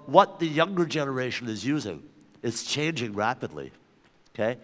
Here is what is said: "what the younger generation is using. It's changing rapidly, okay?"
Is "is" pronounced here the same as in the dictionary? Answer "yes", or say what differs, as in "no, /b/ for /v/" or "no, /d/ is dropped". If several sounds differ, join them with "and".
yes